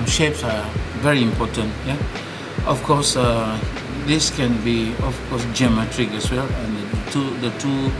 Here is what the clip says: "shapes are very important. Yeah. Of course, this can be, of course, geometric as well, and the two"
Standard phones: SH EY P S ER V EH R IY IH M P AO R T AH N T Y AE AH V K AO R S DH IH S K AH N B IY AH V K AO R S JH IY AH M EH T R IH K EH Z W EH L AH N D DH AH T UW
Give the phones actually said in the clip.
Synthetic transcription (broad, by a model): SH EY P S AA V EH R IY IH M P AO T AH N T Y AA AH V K AO S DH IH S K AH N B IY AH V K AO S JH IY M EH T R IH K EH S W EH L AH N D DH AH T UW